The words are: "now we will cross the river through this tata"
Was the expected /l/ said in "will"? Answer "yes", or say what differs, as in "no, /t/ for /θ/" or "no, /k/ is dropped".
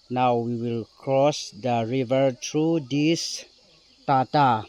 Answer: yes